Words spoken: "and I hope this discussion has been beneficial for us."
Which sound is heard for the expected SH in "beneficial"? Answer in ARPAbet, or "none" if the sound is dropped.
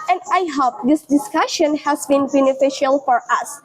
SH